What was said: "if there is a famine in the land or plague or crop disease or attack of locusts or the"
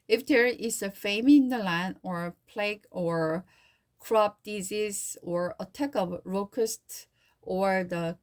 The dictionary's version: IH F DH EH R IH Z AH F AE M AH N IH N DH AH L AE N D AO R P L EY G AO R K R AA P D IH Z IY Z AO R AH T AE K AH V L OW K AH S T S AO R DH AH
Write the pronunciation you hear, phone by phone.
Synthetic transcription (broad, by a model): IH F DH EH R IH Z AH F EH AH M IH N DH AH L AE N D AO R P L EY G AO R K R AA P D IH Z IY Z AO R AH T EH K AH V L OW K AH S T AO R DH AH